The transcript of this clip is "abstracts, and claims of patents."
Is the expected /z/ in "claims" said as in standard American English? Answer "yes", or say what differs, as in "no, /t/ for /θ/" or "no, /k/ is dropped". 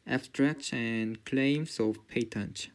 no, /s/ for /z/